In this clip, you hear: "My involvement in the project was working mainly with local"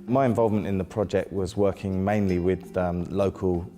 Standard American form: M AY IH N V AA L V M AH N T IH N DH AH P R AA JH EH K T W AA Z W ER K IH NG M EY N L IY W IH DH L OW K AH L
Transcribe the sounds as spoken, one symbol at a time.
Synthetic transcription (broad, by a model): M AY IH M V AA L V M AH N T IH N DH AH P R AA JH EH K T W AA Z W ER K IH NG M EY N L IY W IH DH L OW K AH L